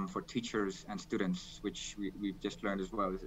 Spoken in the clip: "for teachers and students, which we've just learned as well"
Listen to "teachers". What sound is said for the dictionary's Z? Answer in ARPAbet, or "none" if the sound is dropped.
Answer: Z